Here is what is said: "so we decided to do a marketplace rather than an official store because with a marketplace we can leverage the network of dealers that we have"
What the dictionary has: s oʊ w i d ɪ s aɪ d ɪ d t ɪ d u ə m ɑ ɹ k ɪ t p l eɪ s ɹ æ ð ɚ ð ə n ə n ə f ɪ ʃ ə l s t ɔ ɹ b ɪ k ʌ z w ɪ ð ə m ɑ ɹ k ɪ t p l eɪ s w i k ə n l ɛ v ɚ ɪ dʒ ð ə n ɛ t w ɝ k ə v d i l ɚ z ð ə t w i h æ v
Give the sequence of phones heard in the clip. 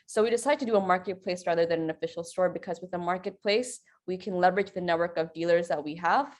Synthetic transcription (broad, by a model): s oʊ w i d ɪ s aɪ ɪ d t ɪ d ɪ ə m ɑ ɹ k ɪ t p l eɪ s ɹ æ ð ɚ ð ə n ə n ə f ɪ ʃ l s t ɔ ɹ b ɪ k ʌ z w ɪ ð ə m ɑ ɹ k ɪ t p l eɪ s w i k ə n l ɛ v ɚ ɪ dʒ ð ə n ɛ t w ɝ k ə v d i l ɚ z ð ə t w i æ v